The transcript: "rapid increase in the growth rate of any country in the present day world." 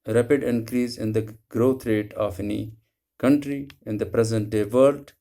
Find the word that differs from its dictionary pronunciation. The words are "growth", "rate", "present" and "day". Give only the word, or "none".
growth